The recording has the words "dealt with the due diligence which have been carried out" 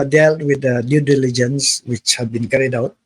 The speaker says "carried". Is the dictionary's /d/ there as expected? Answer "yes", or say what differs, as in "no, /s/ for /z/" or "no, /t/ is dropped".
yes